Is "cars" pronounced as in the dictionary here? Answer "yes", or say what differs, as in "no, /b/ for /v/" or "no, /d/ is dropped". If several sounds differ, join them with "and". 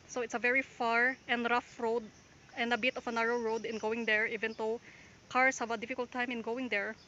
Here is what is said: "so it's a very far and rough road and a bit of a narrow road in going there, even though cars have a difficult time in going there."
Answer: no, /s/ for /z/